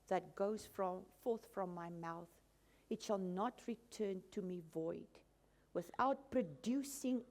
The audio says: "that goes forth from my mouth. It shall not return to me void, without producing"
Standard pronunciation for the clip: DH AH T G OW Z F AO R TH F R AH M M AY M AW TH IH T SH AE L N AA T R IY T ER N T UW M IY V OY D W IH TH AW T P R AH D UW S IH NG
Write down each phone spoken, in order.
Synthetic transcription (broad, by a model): DH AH T G OW Z F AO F TH F R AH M M AY M AW TH IH T SH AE L N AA T R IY T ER N T UW M IY V OY D W IH TH AW T P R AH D UW S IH NG